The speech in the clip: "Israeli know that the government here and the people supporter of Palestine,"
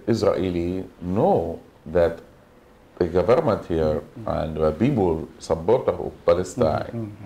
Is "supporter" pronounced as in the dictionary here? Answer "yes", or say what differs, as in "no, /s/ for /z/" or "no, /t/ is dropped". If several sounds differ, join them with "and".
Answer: no, /b/ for /p/